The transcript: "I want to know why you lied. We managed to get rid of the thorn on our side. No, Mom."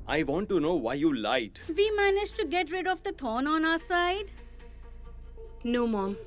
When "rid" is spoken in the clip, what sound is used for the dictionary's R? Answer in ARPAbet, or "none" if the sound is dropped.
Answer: R